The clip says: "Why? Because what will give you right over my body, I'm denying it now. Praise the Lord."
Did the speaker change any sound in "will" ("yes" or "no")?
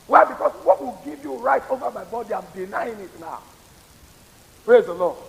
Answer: no